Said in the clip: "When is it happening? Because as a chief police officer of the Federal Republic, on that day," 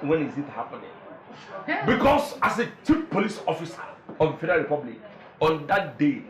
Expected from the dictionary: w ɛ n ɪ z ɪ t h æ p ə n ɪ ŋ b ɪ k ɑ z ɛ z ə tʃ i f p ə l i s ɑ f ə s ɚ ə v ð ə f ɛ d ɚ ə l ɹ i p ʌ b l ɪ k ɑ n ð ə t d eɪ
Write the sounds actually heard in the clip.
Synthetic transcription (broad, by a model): w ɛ n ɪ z ɪ t h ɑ p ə n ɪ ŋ b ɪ k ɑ s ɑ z ə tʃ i p p ə l i s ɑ f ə s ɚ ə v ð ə f ɛ d ɚ ə l ɹ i p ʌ b l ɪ k ɑ n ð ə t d eɪ